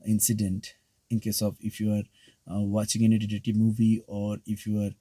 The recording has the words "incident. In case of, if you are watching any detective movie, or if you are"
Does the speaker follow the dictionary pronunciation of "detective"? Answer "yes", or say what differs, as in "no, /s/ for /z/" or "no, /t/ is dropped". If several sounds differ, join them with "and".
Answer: no, /k/ is dropped